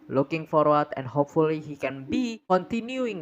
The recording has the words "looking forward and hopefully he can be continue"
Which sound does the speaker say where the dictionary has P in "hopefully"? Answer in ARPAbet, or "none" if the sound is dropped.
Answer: P